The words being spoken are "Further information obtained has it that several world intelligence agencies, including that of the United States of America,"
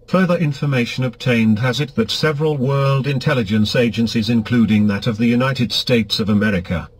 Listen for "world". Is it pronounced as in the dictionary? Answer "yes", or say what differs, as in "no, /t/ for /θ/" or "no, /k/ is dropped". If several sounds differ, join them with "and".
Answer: yes